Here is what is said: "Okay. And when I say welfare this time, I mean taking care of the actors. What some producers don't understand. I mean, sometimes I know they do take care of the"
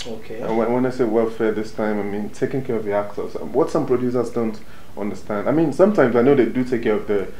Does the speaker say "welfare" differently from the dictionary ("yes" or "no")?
no